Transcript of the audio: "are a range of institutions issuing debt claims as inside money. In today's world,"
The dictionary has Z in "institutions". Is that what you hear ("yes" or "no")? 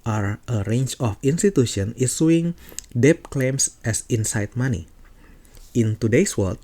no